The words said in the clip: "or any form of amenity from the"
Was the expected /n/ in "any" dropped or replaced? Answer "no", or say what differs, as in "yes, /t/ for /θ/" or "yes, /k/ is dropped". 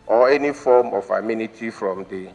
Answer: no